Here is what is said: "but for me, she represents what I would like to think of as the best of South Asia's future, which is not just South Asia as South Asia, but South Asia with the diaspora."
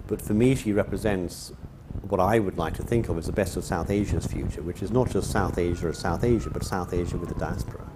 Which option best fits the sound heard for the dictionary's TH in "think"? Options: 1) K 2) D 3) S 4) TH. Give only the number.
4